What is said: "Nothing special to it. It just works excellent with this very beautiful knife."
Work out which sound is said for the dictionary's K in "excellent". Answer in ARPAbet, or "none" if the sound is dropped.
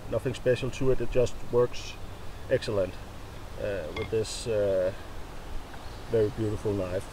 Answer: K